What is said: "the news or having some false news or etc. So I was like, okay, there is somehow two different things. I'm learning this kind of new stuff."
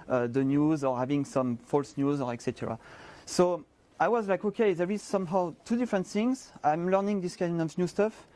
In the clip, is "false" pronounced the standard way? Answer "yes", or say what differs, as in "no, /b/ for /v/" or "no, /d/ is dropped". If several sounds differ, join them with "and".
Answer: yes